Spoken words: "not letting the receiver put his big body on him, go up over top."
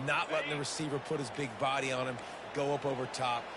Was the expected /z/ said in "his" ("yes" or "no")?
yes